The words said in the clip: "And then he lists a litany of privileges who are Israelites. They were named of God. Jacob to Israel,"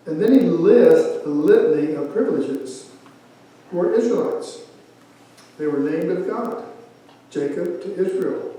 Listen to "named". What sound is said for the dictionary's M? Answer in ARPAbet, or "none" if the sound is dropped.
M